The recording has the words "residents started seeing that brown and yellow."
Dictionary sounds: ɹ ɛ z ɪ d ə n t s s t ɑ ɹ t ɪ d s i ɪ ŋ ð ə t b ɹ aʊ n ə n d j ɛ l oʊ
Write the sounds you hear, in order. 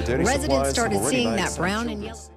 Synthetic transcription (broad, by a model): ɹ ɛ z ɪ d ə n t s s t ɑ ɹ t ɪ d s i ɪ ŋ ð ə t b ɹ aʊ ə n